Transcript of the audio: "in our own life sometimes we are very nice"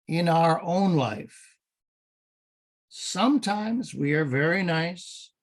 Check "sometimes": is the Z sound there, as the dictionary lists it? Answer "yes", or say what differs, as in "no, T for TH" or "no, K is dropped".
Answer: yes